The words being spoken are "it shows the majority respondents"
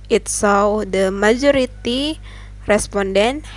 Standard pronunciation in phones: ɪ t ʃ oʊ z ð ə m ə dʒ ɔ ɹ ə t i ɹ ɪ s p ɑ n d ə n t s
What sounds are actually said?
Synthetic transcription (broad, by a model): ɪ t s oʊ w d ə m ə dʒ ɔ ɹ ə t i ɹ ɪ s p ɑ n d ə n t